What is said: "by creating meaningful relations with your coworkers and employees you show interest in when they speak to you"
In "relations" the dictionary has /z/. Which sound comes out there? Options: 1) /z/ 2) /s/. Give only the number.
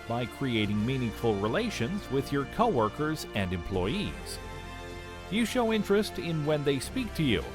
1